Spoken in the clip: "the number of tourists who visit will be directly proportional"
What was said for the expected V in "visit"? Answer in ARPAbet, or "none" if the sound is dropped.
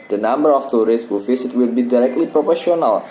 F